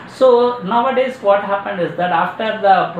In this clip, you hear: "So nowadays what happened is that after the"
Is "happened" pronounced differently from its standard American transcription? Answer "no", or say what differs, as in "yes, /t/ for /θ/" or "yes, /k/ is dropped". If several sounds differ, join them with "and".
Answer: no